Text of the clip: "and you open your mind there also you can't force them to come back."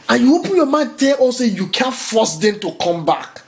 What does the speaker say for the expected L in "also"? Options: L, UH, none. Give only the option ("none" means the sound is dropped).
none